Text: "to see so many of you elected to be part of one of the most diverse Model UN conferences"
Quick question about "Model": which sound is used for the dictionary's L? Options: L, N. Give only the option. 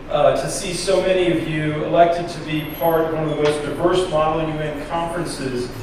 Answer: N